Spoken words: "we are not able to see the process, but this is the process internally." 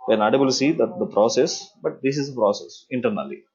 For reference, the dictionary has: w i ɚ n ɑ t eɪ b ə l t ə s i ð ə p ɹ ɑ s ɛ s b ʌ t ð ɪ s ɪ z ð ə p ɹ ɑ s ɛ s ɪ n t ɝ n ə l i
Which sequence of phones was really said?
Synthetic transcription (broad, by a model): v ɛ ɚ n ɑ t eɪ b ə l s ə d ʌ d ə p ɹ ɑ s ɛ s b ʌ t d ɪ s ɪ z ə p ɹ ɑ s ɛ s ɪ n t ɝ n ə l i